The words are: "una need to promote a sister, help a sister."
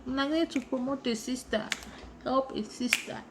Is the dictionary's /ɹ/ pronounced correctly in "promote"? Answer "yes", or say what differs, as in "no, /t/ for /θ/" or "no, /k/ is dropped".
no, /ɹ/ is dropped